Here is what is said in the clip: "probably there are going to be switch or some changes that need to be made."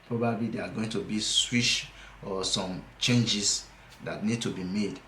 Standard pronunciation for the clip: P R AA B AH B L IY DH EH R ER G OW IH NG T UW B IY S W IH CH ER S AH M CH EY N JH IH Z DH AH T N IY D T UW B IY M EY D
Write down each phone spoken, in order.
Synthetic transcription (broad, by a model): P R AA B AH B L IY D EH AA G OW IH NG T UW B IY S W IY SH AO S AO M CH EY N JH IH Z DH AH T N IY D T UW B IY M EY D